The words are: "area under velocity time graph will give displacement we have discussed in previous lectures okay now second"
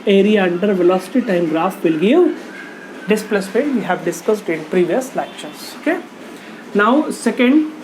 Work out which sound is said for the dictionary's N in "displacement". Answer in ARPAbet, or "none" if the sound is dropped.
none